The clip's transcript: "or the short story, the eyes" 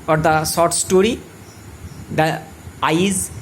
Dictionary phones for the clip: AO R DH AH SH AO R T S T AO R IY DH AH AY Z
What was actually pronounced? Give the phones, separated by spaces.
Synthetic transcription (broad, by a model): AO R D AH S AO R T S T AO R IY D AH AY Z